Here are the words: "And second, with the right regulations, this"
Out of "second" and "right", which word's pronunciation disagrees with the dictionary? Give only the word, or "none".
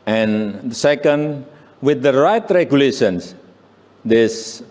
none